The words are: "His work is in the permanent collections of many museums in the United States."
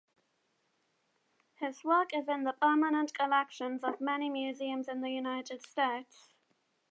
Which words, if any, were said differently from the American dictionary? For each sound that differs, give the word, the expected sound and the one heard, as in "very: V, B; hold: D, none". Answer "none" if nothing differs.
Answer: none